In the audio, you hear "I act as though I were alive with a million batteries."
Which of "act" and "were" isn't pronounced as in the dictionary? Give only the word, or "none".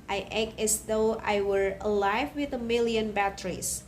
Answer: act